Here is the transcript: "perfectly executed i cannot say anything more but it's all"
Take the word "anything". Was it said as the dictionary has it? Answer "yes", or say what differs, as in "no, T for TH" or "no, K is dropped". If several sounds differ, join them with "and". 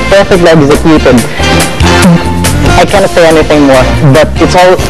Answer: yes